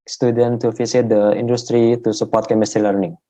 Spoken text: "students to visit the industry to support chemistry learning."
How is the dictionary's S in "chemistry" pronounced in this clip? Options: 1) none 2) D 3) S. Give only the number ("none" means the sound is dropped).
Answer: 3